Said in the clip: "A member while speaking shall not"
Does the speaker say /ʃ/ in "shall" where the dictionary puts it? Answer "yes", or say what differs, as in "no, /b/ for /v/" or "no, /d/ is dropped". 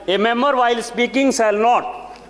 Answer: no, /s/ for /ʃ/